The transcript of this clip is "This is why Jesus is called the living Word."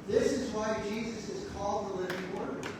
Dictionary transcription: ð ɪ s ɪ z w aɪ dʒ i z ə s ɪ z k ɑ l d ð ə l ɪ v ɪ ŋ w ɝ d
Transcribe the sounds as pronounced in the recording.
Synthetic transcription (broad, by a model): ð ɪ s ɪ z w aɪ dʒ i z ə s ɪ z k ɑ l d ð ə l ɪ v ɪ ŋ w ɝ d